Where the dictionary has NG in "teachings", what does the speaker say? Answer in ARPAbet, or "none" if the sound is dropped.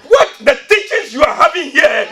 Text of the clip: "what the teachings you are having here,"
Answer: none